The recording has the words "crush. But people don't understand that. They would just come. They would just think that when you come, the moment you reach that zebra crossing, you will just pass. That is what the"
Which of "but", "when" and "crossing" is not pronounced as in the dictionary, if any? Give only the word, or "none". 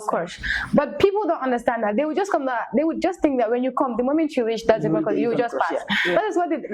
crossing